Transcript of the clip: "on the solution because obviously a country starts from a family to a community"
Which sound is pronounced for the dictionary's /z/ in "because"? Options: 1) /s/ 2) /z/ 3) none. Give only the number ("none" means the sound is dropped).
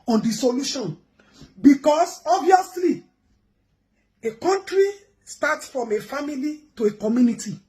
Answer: 1